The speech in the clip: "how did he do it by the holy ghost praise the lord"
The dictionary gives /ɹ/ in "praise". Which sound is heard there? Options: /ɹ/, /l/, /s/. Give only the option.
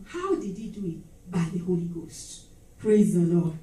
/ɹ/